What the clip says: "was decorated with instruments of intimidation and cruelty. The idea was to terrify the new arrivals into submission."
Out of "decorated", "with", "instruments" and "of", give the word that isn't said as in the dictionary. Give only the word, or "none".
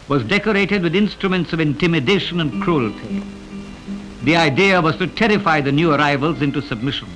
none